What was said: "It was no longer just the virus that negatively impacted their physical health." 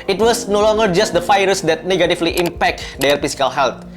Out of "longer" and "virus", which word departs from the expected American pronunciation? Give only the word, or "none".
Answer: virus